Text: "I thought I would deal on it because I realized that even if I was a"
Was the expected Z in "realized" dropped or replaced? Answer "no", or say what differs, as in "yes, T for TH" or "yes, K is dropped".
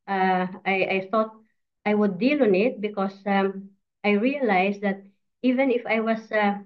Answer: yes, S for Z